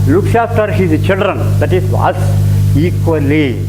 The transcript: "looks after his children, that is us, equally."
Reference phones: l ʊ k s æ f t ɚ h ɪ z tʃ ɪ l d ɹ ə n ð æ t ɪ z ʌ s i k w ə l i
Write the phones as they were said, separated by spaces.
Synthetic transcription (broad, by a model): l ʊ k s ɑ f t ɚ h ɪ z tʃ ɪ l d ɹ ə n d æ t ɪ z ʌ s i k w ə l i